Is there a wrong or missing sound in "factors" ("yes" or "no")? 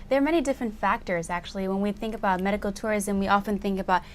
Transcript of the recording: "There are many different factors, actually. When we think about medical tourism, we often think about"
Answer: no